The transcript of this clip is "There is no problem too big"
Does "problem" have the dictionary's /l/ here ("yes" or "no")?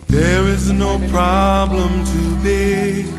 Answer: yes